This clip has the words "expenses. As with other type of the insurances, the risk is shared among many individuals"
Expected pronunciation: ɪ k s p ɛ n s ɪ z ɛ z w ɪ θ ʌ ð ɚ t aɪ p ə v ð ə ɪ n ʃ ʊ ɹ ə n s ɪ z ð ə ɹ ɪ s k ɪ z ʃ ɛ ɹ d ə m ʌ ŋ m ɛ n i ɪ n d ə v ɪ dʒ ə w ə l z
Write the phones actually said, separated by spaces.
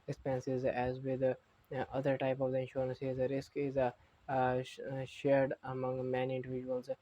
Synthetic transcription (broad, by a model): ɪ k s p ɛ n s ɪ z ɛ z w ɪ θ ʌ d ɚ t aɪ p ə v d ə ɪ n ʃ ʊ ɹ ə n s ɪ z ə ɹ ɪ s k ɪ z ʃ ɛ ɹ d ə m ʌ ŋ m ɛ n i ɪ n d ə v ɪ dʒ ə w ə l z